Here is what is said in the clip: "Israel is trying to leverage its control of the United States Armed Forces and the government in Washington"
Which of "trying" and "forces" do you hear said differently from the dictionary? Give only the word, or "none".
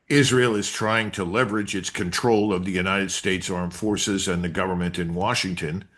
none